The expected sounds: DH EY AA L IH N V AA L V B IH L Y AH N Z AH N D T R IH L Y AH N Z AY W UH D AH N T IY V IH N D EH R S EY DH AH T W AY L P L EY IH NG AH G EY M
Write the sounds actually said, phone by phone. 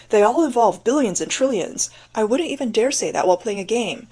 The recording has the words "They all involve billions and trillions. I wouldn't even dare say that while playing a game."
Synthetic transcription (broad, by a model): DH EY AA L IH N V AA L V B IH L Y AH N Z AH N T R IH L Y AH N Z AY W UH D N T IY V IH N D EH R S EY DH AH T W AY L P L EY IH NG AH G EY M